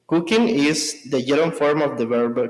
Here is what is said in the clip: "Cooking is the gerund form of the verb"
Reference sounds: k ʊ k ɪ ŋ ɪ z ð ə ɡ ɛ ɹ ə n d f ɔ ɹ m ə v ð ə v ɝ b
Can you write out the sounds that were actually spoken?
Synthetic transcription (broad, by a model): k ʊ k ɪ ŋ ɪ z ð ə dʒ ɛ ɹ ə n f ɔ ɹ m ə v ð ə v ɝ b